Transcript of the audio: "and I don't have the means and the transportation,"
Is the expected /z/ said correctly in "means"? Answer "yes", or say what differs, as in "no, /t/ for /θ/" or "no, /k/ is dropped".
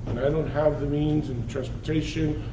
yes